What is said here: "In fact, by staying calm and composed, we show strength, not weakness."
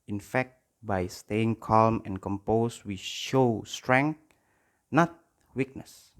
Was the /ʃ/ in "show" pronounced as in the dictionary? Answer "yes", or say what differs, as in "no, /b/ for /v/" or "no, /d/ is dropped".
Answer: yes